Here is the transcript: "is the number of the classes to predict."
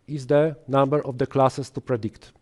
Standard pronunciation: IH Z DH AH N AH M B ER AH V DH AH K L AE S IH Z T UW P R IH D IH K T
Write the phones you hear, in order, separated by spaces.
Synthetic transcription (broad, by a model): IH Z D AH N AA M B ER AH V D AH K L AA S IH S T UW P R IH D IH K T